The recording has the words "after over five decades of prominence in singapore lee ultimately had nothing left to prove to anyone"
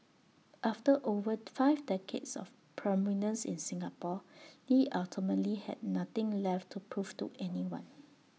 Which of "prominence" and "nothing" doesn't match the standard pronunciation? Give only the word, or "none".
nothing